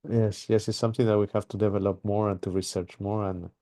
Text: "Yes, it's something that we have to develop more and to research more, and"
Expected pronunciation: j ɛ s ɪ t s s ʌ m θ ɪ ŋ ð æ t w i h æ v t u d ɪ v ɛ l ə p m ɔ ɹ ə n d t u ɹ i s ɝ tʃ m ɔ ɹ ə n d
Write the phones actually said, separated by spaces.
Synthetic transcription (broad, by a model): j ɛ s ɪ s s s ʌ m θ ɪ ŋ ð æ t w i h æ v t u d ɪ v ɛ l ə p m ɔ ɹ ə n t u ɹ i s ɝ tʃ m ɔ ɹ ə n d